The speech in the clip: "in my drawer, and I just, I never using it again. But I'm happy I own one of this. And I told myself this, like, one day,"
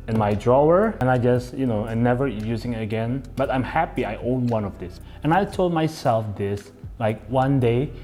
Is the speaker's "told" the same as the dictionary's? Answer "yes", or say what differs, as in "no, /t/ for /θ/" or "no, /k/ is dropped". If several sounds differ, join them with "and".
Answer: yes